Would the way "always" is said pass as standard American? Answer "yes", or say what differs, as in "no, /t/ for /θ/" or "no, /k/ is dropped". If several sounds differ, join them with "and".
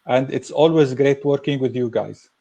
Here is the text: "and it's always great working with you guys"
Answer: yes